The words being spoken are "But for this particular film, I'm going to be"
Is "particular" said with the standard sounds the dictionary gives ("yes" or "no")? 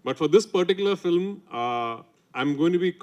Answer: yes